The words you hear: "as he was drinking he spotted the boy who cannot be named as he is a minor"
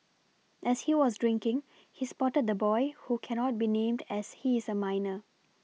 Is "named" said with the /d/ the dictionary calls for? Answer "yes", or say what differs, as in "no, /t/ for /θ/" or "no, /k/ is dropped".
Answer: yes